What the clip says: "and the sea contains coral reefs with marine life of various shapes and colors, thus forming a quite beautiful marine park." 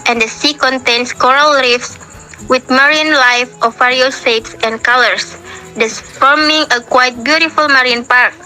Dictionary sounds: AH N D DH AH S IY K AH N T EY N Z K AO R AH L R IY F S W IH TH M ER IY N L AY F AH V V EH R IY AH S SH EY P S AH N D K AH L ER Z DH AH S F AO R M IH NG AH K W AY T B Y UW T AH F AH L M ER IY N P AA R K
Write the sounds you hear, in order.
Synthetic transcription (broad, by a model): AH N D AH S IY K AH N T EY N S K AO R AH L R IY F S W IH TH M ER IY N L AY F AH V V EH R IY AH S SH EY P S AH N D K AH L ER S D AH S F AO R M IH NG AH K W AY T B Y UW T AH F AH L M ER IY N P AA R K